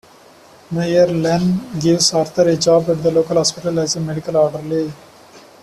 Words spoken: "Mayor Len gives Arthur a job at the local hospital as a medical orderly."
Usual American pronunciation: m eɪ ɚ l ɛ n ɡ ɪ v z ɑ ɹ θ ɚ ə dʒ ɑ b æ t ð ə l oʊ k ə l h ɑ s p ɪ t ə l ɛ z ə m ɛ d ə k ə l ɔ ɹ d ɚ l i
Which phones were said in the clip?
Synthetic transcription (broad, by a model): m eɪ ɚ l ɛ n ɡ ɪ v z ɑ ɹ t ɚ ə dʒ ɑ b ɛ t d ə l oʊ k ə l h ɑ s p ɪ t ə l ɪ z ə m ɛ d ə k ə l ɔ ɹ d ɚ l i